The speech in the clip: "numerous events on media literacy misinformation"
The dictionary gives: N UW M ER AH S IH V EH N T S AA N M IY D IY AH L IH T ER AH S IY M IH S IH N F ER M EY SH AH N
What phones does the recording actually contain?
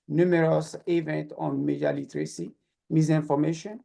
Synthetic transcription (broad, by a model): N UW M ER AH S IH V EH N T AA N M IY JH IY L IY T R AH S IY M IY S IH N F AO M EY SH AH N